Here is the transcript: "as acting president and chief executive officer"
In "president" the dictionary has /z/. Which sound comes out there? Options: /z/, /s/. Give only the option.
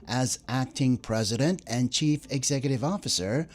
/z/